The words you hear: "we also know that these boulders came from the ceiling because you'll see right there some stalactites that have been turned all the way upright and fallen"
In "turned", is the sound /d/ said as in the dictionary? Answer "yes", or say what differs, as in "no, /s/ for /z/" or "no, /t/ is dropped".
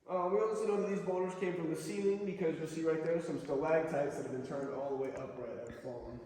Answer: yes